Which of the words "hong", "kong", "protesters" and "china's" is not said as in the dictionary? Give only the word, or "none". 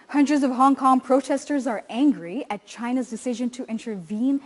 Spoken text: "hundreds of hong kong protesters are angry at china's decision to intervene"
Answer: none